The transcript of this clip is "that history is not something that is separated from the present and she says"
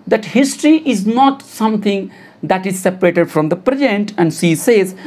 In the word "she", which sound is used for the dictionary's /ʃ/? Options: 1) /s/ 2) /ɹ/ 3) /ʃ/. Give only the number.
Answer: 1